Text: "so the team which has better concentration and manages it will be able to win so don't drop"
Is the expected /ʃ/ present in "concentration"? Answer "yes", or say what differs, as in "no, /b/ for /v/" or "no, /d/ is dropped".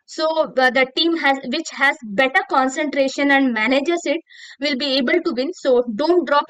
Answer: yes